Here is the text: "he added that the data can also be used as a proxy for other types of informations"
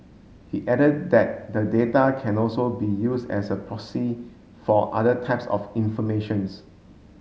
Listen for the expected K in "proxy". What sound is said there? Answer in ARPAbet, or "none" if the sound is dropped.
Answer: none